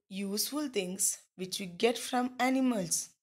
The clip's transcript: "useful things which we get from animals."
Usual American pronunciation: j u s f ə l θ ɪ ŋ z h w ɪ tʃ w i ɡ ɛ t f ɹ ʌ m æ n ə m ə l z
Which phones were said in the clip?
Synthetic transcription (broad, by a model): j u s f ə l t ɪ ŋ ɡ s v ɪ tʃ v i ɡ ɛ t f ɹ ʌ m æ n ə m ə l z